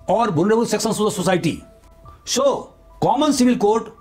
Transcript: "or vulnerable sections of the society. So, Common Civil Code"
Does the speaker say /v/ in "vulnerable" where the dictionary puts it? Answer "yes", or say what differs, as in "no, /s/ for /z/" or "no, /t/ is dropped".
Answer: no, /b/ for /v/